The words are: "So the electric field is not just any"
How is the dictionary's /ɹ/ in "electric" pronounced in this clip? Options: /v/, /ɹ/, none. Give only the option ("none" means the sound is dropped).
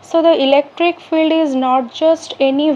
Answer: /ɹ/